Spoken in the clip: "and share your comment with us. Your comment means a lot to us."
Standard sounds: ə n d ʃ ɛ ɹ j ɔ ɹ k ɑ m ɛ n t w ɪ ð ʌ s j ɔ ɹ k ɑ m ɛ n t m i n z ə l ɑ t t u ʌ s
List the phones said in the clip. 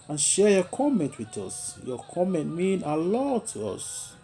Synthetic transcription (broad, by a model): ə n ʃ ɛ j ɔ k ɑ m ɛ n t w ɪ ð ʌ s j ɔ k ɑ m ɛ n t m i n ə l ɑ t t u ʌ s